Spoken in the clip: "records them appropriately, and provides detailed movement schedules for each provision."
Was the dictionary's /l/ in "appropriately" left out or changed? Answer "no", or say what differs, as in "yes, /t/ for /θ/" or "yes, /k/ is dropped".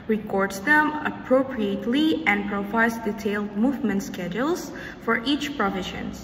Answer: no